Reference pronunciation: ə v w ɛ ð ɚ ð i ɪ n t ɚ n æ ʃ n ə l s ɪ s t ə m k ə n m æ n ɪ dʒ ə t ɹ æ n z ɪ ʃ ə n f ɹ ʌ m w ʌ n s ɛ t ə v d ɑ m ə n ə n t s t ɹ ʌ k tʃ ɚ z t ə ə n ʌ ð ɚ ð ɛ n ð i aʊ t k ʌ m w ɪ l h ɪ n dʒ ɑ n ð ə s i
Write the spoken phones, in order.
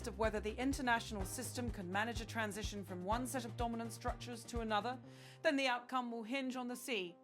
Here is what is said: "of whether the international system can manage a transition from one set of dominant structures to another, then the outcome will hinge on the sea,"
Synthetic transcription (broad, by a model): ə v w ɛ ð ɚ ð i ɪ n t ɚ n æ ʃ n l s ɪ s t ə m k ə n m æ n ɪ dʒ ə t ɹ æ n z ɪ ʃ ə n f ɹ ʌ m w ʌ n s ɛ t ə v d ɑ m ə n ə n t s t ɹ ʌ k tʃ ɚ z t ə ə n ʌ ð ɚ ð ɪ n ð i aʊ t k ʌ m w ɪ l h ɪ n dʒ n ð ə s i